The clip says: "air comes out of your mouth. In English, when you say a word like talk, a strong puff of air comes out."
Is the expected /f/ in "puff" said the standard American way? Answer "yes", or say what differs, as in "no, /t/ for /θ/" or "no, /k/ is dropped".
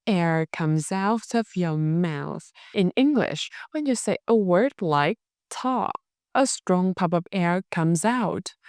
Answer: no, /p/ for /f/